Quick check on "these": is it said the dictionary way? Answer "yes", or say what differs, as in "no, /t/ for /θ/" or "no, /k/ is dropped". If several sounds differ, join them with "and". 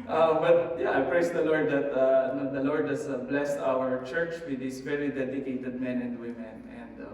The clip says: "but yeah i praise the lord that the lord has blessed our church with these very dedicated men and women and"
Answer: no, /s/ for /z/